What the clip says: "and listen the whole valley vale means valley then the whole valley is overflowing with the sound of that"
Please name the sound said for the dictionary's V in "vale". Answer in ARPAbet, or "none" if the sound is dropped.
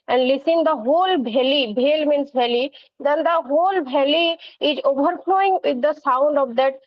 B